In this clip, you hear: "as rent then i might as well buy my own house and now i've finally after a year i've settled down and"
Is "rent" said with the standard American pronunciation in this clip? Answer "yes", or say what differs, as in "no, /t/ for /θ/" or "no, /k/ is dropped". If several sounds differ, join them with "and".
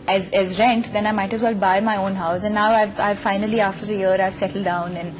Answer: yes